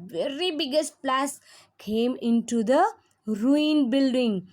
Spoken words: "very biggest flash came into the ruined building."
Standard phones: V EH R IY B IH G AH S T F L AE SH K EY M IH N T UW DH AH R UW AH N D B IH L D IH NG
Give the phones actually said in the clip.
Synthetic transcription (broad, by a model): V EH R IY B IH G AH S T P L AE S K EY M IH N T UW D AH R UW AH N B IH L D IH NG